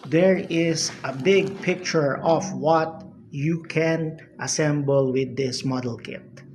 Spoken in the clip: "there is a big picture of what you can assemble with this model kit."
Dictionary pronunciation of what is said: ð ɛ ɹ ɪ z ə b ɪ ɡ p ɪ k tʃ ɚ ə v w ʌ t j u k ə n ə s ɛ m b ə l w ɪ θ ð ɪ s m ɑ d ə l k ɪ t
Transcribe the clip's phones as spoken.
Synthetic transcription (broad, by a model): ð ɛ ɹ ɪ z ə b ɪ ɡ p ɪ k tʃ ɚ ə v w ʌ t j u k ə n ə s ɛ m b ə l w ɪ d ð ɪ s m ɑ d ə l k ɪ t